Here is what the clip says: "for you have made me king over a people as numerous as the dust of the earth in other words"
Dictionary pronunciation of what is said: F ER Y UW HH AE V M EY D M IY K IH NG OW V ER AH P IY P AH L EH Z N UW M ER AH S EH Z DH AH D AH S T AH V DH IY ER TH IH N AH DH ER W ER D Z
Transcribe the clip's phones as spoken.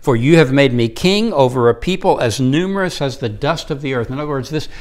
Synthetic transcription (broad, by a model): F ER Y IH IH V M EY D M IY K IH NG OW V ER AH P IY P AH L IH Z N UW M ER AH S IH Z DH AH D AH S T AH V DH IY ER TH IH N AH DH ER W ER D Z